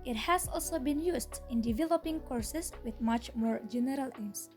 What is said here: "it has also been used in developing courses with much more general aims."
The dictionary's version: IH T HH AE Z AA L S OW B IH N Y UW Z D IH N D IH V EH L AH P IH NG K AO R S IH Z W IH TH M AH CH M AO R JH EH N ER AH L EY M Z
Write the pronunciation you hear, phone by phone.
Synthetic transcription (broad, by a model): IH T HH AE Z AA L S OW B IH N Y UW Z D IH N D IH V EH L AH P IH NG K AO R S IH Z W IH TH M AH CH M AO R JH EH N ER AH L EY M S